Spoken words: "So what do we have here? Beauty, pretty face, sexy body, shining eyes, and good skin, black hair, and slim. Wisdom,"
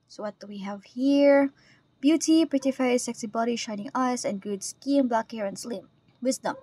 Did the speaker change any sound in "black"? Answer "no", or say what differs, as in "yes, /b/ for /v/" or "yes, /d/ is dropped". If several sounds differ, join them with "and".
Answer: no